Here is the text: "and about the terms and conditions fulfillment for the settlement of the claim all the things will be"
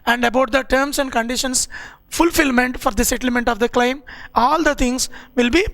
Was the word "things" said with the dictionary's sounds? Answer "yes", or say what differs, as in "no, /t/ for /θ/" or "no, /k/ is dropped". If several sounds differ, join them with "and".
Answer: no, /t/ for /θ/